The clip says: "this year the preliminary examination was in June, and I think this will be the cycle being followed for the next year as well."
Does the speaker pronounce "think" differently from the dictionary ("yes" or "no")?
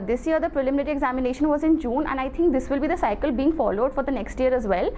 yes